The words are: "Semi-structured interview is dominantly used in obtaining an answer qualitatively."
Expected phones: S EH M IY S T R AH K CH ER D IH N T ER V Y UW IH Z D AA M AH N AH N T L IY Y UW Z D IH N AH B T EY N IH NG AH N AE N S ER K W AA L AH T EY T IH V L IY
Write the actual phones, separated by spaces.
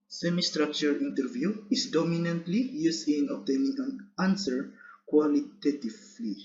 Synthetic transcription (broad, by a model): S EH M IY S T R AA K CH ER IH N T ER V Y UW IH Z D AA M AH N AH N T L IY Y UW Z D IH N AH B T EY N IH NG AH N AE N S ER K W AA L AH T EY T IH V L IY